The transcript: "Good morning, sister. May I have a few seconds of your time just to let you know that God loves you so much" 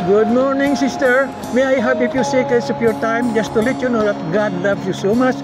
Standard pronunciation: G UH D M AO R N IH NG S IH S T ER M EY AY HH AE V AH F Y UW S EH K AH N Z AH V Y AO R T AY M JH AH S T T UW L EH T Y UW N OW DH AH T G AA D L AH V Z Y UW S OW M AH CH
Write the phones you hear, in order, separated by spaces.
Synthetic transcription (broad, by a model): G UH D M AO R N IH NG S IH S T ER M EY AY HH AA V AH P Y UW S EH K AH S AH P Y AO R T AY M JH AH S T T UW L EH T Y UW N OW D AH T G AA D L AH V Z Y UW S OW M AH CH